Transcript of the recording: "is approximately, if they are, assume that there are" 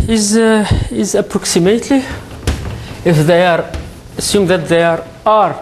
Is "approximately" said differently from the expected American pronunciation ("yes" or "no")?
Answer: no